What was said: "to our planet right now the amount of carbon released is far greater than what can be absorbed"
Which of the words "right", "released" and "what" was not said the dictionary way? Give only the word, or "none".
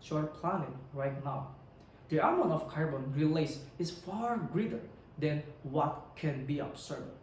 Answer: released